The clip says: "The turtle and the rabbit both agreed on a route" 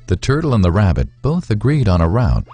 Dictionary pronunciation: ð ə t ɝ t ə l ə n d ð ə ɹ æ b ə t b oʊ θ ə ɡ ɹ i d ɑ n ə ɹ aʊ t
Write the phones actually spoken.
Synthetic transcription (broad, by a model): ð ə t ɝ t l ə n ð ə ɹ æ b ə t b oʊ θ ə ɡ ɹ i d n ə ɹ aʊ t